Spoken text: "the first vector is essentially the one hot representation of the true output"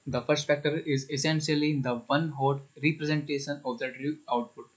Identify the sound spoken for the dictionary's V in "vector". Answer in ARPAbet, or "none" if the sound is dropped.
F